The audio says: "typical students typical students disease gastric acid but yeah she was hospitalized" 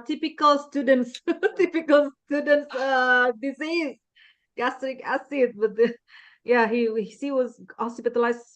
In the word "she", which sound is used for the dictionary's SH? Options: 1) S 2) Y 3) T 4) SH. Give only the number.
1